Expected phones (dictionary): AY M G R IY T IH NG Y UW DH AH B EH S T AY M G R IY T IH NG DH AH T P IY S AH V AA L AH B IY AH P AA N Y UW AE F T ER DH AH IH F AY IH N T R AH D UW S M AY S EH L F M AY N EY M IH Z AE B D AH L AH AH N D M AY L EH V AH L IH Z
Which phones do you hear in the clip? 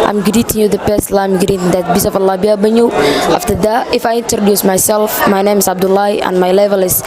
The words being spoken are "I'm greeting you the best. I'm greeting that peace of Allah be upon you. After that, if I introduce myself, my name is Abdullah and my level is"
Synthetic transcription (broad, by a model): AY M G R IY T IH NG Y UW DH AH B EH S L AY M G IY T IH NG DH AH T B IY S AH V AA L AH B IY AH B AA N Y UW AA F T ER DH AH IH F AY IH N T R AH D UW S M AY S EH L F M AY N EY M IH S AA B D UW L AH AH N M AY L EH V AH L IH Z